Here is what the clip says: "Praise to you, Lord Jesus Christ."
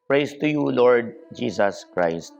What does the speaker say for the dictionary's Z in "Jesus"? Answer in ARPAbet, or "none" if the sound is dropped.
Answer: S